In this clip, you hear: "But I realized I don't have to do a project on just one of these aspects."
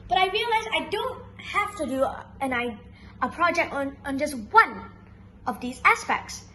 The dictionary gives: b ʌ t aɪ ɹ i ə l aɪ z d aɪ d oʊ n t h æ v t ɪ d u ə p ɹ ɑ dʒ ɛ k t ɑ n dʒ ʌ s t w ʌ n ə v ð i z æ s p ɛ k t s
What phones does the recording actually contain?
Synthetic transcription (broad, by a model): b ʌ t aɪ ɹ i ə l aɪ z aɪ d oʊ n t h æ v t ɪ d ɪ ə p ɹ ɑ dʒ ɛ k t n n dʒ ʌ s t w ʌ n ə v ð i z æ s p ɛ k t s